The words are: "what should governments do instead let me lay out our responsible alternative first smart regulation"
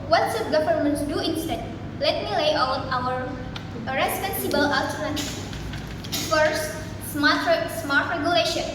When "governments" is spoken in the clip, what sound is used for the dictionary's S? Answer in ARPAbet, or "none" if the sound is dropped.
none